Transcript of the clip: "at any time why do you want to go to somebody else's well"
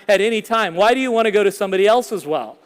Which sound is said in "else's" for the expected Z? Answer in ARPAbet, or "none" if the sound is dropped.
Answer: Z